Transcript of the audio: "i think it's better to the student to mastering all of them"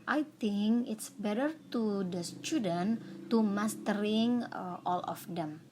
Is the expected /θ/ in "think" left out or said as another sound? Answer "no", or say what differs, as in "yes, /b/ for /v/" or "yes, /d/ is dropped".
yes, /t/ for /θ/